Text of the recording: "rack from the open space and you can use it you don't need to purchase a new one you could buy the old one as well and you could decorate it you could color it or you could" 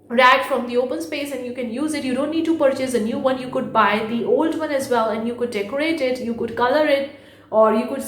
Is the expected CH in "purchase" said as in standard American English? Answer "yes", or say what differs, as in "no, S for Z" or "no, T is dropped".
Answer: yes